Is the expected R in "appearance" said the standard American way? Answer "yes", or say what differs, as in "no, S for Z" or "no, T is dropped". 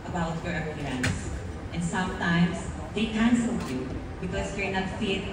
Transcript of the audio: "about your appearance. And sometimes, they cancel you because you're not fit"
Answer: no, L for R